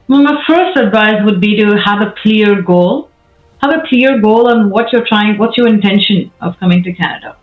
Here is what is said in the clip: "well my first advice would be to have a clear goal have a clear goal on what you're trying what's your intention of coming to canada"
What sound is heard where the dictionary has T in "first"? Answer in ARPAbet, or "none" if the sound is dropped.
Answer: T